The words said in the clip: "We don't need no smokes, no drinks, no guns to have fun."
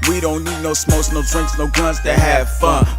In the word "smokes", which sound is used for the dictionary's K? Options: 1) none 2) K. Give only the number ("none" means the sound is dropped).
1